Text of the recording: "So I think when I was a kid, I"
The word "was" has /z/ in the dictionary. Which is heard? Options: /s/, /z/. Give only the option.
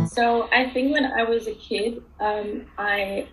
/z/